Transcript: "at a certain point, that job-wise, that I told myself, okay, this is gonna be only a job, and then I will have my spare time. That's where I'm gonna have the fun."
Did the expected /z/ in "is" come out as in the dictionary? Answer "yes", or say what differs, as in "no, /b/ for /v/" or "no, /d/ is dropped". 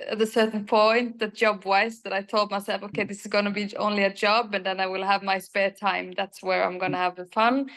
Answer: yes